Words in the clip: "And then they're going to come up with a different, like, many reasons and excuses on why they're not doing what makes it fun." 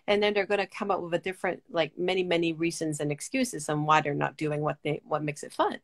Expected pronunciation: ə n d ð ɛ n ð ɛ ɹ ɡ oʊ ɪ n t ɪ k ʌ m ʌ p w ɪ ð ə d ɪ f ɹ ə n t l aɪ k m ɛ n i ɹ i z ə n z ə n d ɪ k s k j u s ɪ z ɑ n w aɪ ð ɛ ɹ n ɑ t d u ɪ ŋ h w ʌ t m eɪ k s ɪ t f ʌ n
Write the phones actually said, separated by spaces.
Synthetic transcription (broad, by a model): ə n ð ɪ n ð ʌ ɹ ɡ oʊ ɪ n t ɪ k ʌ m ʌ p w ɪ ð ə d ɪ f ɹ ə n t l aɪ k m ɛ n i ɹ i z ə n z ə n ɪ k s k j u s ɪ z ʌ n w aɪ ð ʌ ɹ n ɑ t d u ɪ ŋ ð w ʌ t m eɪ k s ɪ t f ʌ n